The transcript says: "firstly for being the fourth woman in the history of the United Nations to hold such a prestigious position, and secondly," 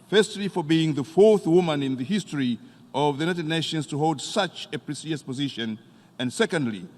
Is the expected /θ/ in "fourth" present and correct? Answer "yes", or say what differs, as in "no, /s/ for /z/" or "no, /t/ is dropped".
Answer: yes